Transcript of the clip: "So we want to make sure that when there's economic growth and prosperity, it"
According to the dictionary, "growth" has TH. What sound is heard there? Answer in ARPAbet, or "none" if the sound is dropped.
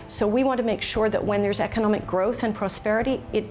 TH